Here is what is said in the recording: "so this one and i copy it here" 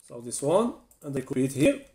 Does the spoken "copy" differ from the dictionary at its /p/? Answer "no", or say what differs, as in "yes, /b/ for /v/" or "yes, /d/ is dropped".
yes, /b/ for /p/